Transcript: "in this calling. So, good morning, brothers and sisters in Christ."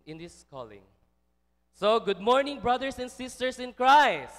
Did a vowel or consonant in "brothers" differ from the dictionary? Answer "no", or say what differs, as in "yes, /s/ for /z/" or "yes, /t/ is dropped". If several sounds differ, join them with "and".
yes, /s/ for /z/